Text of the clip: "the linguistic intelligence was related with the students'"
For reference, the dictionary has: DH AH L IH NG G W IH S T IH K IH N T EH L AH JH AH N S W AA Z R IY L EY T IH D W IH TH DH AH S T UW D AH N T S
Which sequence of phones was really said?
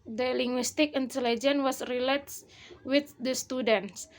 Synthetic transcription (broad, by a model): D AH L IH NG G W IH S T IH K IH N T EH L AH JH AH N W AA S R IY L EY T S W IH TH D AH S T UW D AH N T S